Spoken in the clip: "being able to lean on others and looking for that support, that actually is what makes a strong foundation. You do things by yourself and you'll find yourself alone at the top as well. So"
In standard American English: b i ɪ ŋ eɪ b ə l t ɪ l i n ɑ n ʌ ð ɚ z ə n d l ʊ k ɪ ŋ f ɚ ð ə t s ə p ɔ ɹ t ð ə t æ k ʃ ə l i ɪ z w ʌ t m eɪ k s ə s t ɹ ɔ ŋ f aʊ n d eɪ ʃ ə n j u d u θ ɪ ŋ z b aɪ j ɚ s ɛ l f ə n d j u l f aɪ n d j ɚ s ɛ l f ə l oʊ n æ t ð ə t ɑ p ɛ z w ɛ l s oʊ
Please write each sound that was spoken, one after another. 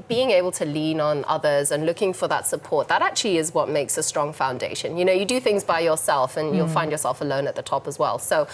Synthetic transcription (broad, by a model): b i ɪ ŋ eɪ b l t ɪ l i n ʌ n ʌ ð ɚ z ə n l ʊ k ɪ ŋ f ɚ ð ə t s ə p ɔ ɹ t ð ə t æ k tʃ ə l i ɪ z w ʌ t m eɪ k s ə s t ɹ ɔ ŋ f aʊ n d eɪ ʃ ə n j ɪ d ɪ θ ɪ ŋ z b aɪ j ɚ s ɛ l f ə n j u l f aɪ n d j ɚ s ɛ l f ə l oʊ n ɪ t ð ə t ɑ p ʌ z w ɛ l s oʊ